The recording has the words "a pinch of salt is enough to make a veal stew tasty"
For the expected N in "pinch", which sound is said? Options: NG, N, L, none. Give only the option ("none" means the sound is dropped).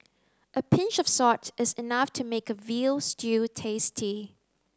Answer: N